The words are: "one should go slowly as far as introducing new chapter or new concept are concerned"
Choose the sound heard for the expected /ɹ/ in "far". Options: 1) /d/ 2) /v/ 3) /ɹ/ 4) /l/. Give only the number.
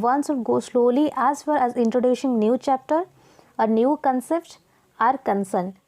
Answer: 4